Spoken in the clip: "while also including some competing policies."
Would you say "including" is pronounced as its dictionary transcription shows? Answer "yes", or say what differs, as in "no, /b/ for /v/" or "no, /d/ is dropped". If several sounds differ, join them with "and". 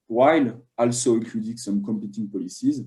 no, /n/ is dropped